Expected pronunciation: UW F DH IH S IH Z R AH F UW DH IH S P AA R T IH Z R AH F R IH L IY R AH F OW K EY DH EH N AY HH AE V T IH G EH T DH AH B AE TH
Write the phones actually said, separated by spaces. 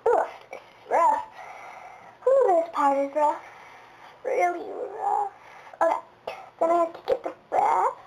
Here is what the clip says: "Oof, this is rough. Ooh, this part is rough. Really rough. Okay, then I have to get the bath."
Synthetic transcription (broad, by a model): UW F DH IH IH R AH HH UW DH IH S P AA R T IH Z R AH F R IH L IY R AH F OW K EY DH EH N AY HH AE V T IH G EH T DH AH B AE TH